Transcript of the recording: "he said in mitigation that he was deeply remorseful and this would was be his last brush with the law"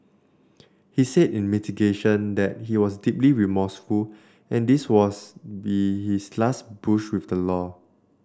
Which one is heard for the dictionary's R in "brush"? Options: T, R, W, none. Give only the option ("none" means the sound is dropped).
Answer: none